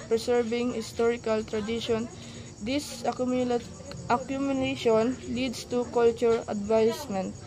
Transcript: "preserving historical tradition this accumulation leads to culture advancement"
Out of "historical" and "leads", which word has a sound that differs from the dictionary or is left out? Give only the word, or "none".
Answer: leads